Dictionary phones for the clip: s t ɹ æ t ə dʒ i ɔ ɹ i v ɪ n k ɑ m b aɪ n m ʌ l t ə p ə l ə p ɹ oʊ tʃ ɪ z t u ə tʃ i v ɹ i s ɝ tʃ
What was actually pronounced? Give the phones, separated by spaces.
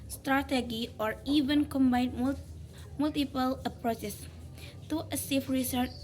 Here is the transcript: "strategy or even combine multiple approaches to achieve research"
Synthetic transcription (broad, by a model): s t ɹ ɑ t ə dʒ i ɔ ɹ i v ɪ n k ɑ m b aɪ n m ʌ l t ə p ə l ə p ɹ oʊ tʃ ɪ s t u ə s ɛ f ɹ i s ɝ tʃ